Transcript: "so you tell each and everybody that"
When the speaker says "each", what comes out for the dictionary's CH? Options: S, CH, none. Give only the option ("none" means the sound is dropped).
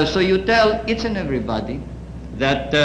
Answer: S